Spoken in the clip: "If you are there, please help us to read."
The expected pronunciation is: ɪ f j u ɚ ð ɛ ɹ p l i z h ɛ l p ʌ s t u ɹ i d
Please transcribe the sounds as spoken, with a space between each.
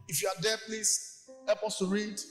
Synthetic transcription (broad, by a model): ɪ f j u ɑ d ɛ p l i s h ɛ p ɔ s t u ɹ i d